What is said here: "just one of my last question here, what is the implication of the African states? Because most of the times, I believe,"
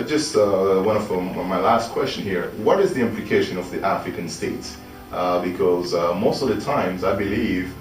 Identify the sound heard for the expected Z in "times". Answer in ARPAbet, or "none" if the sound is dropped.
Z